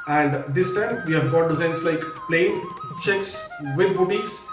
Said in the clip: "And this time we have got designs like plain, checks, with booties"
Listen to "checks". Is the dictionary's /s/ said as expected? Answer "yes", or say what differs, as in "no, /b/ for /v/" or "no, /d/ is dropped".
yes